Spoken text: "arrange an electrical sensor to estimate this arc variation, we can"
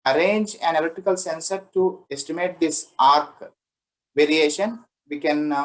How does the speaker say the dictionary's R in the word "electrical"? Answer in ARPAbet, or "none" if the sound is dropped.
none